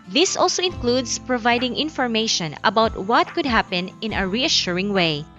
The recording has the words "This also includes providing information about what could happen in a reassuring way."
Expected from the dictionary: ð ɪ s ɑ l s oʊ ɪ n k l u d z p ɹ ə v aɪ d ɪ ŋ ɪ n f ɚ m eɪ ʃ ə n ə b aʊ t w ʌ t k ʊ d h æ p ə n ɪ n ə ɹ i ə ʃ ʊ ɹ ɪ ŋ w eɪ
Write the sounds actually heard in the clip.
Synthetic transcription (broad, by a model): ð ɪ s ɑ l s oʊ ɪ n k l u d s p ɹ ə v aɪ d ɪ ŋ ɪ n f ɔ m eɪ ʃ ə n ə b aʊ t w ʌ t k ʊ d h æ p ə n ɪ n ə ɹ i ə ʃ ʊ ɹ ɪ ŋ w eɪ